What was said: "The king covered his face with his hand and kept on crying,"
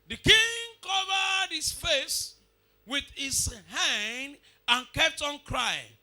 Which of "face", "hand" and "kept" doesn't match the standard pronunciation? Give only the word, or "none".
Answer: none